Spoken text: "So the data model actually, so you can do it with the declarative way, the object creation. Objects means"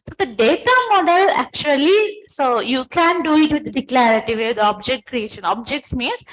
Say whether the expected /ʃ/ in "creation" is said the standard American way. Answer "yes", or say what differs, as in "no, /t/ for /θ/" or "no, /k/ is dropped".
yes